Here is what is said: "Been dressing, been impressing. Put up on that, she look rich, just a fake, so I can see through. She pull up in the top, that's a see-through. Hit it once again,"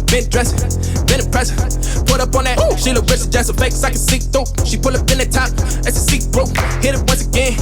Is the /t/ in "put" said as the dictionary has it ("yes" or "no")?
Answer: yes